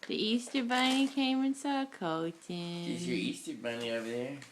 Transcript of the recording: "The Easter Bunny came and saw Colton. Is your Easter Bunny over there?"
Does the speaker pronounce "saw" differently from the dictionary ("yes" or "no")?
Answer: no